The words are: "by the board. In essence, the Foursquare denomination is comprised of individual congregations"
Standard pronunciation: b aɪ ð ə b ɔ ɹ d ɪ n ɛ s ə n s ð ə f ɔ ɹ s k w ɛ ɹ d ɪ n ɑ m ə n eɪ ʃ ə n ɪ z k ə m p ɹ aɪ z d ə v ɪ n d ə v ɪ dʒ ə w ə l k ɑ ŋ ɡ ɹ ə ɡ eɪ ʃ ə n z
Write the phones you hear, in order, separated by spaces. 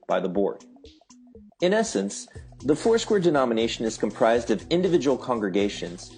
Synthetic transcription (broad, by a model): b aɪ ð ə b ɔ ɹ d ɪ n ɛ s ə n s ð ə f ɔ ɹ s k w ɛ ɹ d ɪ n ɑ m ə n eɪ ʃ ə n ɪ z k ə m p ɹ aɪ z d ə v ɪ n d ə v ɪ dʒ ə w l k ɑ ŋ ɡ ɹ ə ɡ eɪ ʃ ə n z